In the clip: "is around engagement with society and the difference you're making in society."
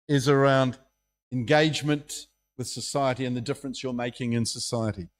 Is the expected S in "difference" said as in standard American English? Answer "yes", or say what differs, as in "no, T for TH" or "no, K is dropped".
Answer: yes